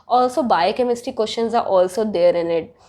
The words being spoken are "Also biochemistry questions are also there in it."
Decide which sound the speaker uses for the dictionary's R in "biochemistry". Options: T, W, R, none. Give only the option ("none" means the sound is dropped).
none